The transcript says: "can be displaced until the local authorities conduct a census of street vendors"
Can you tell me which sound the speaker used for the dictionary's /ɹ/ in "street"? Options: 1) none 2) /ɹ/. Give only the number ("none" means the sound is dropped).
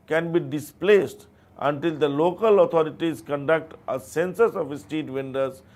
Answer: 1